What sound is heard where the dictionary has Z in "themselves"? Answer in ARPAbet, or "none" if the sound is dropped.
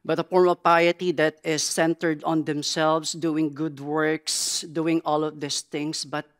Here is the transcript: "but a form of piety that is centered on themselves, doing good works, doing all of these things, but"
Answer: S